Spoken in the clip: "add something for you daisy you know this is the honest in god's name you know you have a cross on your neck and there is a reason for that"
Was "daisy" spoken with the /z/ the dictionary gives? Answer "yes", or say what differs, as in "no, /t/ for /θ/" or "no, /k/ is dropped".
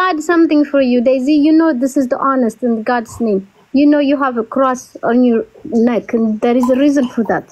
yes